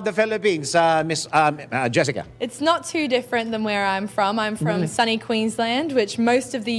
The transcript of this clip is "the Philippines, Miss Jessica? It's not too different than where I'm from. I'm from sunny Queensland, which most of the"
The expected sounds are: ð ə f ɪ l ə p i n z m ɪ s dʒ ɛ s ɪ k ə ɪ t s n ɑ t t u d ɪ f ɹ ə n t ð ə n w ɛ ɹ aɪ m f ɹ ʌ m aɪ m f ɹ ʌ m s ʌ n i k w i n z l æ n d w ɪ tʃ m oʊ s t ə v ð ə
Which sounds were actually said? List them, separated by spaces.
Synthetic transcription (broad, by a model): ð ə f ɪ l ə p i n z m ɪ s dʒ ɛ s ɪ k ə ɪ t s n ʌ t t u d ɪ f ɹ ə n ð ə n w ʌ ɹ aɪ m f ɹ ʌ m aɪ m f ɹ ʌ m s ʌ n i k w i n z l æ n d w ɪ tʃ m oʊ s t ə v ð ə